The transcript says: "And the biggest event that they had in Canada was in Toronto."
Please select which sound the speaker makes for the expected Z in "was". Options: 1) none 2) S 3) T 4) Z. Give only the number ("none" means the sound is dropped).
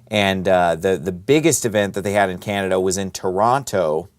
4